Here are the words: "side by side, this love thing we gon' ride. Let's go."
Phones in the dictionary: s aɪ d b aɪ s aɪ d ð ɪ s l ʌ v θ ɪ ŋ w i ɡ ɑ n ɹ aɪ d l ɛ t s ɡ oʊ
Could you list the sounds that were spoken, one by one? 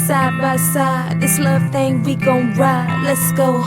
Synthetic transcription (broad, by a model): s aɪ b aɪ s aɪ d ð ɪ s l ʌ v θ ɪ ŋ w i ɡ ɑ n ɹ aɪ l ɛ t s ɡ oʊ